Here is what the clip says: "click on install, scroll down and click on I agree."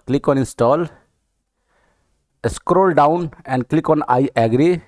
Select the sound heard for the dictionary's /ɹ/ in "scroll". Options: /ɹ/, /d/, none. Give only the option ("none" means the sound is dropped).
/ɹ/